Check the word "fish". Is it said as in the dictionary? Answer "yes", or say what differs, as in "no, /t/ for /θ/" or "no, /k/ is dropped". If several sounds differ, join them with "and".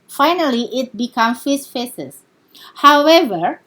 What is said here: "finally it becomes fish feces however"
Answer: no, /s/ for /ʃ/